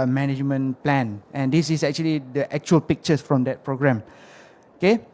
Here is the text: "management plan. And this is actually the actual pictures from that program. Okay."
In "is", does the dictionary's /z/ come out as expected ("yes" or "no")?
no